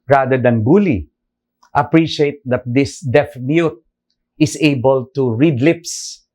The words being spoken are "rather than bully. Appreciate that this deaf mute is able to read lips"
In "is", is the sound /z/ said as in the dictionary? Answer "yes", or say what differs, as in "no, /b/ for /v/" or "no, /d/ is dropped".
no, /s/ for /z/